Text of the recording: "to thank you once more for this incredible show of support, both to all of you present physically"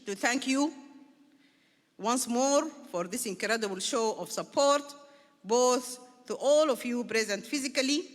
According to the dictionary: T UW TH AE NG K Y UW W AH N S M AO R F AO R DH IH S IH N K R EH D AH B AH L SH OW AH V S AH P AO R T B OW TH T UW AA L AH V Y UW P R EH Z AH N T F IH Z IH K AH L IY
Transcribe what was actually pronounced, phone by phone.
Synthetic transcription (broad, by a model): T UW TH AE NG K Y UW W AH N S M AO R F AO R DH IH S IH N K R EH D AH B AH L SH OW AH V S AH P AO R T B OW TH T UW AA L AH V Y UW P R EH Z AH N T F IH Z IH K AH L IY